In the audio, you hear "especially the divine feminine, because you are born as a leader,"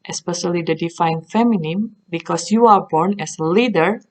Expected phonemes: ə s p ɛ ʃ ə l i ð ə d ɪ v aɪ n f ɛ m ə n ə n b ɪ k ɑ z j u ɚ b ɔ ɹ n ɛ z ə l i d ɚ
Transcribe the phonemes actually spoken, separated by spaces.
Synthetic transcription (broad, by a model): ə s p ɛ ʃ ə l i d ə d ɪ f aɪ n f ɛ m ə n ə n b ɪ k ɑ s j u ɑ b ɔ ɹ n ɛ s ə l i d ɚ